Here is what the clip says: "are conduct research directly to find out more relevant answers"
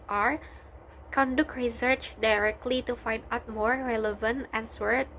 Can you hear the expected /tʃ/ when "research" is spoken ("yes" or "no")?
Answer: yes